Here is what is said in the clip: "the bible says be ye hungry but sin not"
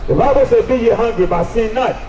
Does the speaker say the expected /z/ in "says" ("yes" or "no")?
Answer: no